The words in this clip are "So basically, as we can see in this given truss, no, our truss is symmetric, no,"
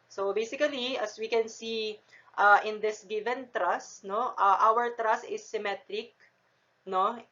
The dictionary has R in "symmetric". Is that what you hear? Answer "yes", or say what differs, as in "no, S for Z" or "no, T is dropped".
yes